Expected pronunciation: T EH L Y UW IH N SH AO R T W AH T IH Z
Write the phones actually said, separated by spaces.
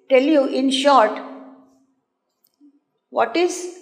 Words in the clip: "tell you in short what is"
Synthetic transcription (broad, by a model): T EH L Y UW IH N SH AO R T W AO T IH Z